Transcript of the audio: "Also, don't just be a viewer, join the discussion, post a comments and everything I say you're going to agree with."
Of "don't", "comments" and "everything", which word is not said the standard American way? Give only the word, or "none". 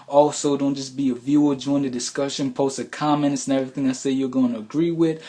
none